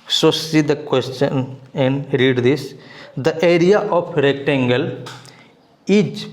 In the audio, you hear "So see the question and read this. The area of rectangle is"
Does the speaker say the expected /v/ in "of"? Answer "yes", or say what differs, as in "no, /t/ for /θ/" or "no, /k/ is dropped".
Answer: no, /p/ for /v/